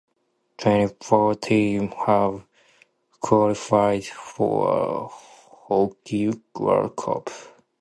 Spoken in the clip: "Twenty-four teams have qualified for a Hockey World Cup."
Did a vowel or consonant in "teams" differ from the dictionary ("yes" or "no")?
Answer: yes